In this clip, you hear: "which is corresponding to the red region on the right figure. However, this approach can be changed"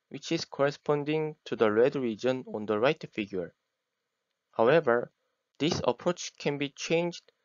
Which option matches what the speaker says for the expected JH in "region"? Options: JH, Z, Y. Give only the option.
JH